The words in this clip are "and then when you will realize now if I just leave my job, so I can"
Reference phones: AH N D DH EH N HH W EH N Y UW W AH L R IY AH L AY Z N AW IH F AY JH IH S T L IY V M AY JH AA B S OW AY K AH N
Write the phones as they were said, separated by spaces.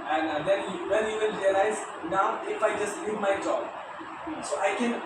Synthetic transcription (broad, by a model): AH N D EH N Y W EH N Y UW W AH N R IY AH L AY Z N AW IH F AY JH IH S T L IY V M AY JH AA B S OW AY K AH N